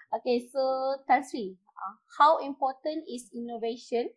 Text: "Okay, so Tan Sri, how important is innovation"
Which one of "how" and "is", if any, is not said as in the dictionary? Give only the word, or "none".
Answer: is